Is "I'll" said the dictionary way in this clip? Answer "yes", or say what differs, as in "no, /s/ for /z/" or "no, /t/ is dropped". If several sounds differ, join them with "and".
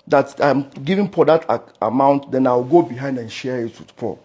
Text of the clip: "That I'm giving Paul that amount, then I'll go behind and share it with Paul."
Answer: no, /w/ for /l/